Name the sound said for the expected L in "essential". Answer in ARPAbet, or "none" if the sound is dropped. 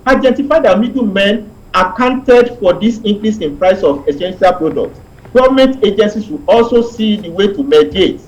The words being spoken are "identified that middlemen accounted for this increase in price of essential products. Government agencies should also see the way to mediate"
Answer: L